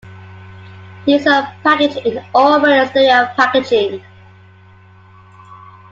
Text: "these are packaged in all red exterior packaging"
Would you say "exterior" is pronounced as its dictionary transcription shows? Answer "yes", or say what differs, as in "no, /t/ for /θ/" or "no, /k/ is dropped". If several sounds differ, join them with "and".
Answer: no, /k/ is dropped